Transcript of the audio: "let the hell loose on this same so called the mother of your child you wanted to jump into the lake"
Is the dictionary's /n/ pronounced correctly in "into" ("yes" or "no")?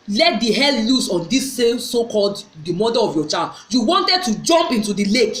yes